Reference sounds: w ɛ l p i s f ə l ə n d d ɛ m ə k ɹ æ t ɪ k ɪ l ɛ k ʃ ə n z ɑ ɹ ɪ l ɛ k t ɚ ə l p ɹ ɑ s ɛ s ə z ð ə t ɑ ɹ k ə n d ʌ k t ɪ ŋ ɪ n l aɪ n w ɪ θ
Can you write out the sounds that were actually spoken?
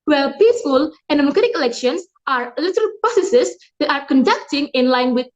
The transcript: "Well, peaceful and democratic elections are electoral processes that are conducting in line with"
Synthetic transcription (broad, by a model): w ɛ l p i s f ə l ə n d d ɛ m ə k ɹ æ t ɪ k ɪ l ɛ k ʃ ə n s ɑ ɹ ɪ l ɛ t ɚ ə l p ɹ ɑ s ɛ s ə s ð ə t ɑ ɹ k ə n d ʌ k t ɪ ŋ ɪ n l aɪ n w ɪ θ